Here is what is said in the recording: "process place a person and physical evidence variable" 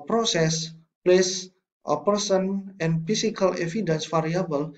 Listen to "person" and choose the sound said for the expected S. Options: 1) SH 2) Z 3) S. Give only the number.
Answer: 3